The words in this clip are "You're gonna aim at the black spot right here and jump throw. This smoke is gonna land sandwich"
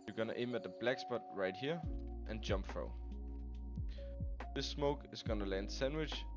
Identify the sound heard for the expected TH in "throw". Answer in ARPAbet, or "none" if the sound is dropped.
F